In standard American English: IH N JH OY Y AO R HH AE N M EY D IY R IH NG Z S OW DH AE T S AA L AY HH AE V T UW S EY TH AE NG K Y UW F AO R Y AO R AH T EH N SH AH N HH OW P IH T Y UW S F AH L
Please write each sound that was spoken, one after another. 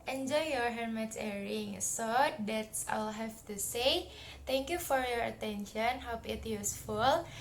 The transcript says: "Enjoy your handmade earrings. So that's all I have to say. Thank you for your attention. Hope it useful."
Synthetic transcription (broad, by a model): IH N JH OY Y AO R HH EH M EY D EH R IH NG S OW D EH T S AA L HH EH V T UW S EY T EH NG K Y UW F AO R Y AO R AH T EH N SH AH N HH OW P IH T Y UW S F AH L